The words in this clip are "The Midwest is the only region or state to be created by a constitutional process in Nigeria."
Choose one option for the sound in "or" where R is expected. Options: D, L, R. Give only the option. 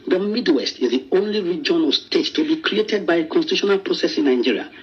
L